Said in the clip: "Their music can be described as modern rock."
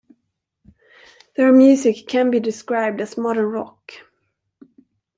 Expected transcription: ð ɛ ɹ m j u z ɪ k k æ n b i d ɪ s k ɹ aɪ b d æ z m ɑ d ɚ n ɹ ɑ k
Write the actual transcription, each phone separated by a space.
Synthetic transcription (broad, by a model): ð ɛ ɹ m j u s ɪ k k æ n b i d ɪ s k ɹ aɪ b d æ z m ɑ d ɚ n ɹ ɑ k